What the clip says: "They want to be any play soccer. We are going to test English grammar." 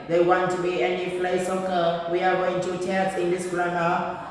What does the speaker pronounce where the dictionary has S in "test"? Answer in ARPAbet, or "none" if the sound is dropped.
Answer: none